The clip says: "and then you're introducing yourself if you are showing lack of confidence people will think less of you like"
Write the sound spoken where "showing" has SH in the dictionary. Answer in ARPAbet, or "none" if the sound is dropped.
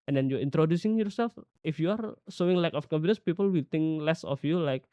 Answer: S